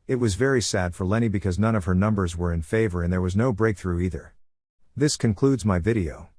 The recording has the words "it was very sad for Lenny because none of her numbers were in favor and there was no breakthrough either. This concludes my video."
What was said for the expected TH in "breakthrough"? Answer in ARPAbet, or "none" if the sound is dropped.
TH